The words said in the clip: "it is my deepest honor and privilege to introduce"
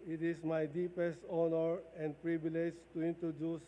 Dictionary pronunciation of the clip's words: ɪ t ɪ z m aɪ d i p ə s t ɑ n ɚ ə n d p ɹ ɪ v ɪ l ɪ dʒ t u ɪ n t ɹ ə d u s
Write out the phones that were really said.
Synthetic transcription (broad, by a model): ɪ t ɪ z m aɪ d i p ə s t ɑ n ɚ ə n d p ɹ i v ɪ l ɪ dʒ t u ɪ n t ɹ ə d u s